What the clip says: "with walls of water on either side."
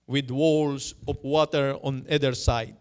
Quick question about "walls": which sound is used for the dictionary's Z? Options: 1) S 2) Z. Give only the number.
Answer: 1